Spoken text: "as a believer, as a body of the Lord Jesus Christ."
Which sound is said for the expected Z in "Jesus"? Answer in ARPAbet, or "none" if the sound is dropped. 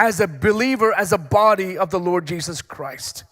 Z